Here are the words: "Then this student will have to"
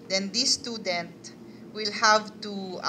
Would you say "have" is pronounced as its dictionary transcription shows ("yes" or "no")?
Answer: yes